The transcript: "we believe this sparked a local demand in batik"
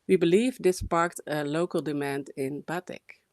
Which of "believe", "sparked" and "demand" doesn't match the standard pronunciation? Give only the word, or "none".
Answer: none